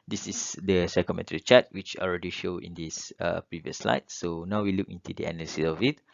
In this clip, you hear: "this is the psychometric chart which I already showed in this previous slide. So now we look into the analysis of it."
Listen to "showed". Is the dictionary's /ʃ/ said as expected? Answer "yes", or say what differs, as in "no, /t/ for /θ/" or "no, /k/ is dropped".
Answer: yes